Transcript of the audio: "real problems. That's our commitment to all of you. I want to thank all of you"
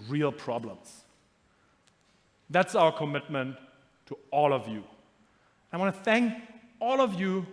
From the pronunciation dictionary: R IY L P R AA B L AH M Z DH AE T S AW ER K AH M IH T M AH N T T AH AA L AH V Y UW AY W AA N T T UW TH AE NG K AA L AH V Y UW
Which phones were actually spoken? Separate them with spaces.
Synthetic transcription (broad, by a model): R IY L P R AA B L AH M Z DH AE T S AW ER K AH M IH T M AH N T T AH AA L AH V Y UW AY W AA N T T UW TH AE NG K AA L AH V Y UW